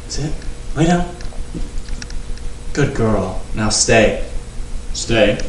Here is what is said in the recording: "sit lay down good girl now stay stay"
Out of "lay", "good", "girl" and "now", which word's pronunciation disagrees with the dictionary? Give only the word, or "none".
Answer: lay